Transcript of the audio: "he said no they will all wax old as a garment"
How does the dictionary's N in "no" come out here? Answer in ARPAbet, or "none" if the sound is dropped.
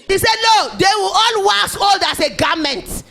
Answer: L